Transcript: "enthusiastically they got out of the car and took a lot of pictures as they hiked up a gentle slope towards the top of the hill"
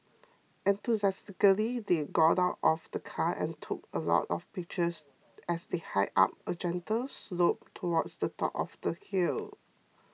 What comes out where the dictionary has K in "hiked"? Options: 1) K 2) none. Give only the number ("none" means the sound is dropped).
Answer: 2